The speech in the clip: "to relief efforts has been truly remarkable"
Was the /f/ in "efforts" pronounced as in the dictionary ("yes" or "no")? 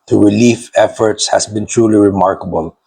yes